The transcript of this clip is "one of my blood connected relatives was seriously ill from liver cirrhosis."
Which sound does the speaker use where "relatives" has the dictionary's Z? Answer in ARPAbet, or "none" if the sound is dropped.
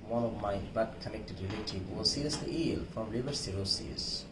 none